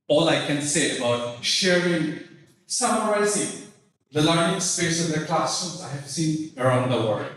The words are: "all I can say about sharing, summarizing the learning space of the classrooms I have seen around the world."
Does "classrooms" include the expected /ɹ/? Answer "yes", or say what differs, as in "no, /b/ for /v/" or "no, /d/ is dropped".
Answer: no, /ɹ/ is dropped